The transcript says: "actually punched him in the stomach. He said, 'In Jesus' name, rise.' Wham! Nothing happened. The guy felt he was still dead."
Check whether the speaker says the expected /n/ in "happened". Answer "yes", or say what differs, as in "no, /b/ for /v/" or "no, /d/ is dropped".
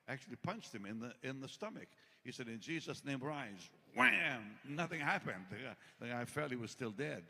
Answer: yes